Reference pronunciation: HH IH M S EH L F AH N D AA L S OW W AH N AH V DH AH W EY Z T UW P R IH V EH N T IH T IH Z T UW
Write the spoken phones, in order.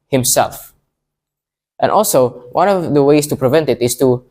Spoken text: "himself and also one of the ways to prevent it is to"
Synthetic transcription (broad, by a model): HH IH M S EH L F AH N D AA L S OW W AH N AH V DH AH W EY S T UW P R IH V EH N T IH T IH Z T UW